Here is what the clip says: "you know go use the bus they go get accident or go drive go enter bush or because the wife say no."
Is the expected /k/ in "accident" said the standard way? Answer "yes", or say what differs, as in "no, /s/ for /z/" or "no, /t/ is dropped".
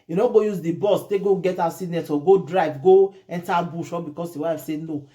no, /k/ is dropped